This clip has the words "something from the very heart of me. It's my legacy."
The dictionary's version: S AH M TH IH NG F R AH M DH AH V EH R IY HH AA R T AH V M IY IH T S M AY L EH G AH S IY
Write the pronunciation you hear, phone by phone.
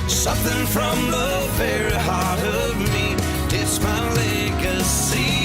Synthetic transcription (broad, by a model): S AH M TH IH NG F R AH M DH AH B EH R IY HH AA R T AH V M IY IH T S M AY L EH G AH S IY